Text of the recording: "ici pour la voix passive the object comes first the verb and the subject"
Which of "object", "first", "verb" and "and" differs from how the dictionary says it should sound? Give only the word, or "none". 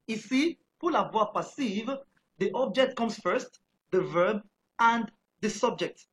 none